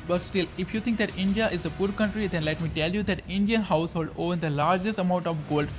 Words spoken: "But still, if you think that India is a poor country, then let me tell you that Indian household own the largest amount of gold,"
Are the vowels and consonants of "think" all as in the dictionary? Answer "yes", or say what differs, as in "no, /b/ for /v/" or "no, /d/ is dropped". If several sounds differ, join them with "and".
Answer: no, /t/ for /θ/